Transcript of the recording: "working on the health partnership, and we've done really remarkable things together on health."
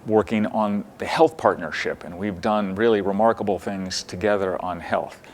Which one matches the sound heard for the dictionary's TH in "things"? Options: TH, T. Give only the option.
TH